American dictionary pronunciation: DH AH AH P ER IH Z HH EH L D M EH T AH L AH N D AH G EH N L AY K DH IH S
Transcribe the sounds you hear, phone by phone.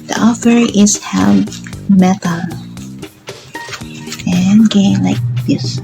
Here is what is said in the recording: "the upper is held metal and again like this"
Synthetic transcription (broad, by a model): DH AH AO F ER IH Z HH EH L M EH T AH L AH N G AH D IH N L AY K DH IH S